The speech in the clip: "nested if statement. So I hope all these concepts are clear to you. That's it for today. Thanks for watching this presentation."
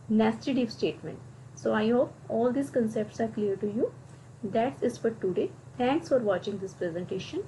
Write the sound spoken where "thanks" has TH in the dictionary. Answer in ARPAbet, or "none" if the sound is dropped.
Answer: T